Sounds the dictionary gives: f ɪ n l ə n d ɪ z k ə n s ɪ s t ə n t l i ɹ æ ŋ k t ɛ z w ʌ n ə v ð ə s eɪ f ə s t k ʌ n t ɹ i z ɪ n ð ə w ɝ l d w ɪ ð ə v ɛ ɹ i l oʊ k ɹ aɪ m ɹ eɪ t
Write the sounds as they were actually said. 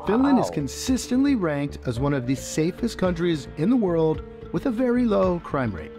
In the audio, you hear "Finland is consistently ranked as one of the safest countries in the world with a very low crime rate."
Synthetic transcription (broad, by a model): f ɪ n l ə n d ɪ z k ə n s ɪ s t ə n t l i ɹ æ ŋ k t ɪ z w ʌ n ə v ð ə s eɪ f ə s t k ʌ n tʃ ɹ i z ɪ n ð ə w ɝ l d w ɪ ð ə v ɛ ɹ i l oʊ k ɹ aɪ m ɹ eɪ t